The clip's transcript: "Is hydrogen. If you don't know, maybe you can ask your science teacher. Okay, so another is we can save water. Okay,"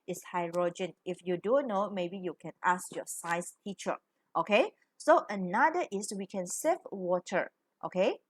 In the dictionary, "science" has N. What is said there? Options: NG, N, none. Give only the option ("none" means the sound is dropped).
none